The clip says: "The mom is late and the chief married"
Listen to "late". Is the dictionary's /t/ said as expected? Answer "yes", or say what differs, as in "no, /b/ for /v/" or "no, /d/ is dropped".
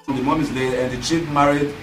no, /t/ is dropped